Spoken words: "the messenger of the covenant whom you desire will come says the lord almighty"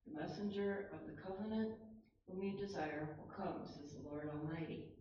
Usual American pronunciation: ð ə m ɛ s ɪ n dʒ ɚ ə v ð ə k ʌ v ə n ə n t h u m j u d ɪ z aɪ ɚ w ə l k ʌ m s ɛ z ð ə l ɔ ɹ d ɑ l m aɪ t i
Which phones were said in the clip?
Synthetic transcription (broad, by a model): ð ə m ɛ s ɪ n dʒ ɚ ə v ð ə k ʌ v ə n ə n t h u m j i d ɪ z aɪ ɚ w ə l k ʌ m s ɛ z ð ə l ɔ ɹ d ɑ l m aɪ t i